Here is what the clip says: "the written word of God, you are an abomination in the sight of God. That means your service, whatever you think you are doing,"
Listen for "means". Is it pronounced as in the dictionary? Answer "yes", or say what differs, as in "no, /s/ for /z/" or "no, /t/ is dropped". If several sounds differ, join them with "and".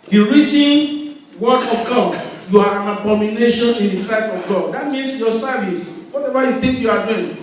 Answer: no, /s/ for /z/